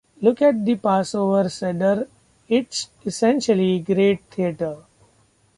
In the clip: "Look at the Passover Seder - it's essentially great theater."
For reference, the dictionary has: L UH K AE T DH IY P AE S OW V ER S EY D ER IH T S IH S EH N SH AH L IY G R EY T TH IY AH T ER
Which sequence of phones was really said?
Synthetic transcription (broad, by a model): L UH K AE T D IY P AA S OW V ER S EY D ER IH T S IH S EH N SH AH L IY G R EY T T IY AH T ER